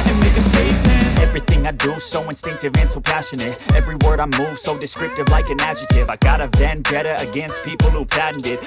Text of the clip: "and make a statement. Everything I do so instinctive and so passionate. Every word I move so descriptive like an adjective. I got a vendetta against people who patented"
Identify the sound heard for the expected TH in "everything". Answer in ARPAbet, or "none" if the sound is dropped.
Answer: TH